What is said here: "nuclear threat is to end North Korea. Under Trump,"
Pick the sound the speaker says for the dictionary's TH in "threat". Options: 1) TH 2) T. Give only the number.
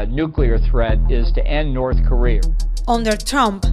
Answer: 1